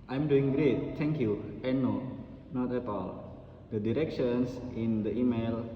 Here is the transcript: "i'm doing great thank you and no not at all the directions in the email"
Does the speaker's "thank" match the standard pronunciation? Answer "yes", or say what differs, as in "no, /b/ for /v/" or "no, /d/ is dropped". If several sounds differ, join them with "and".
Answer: no, /t/ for /θ/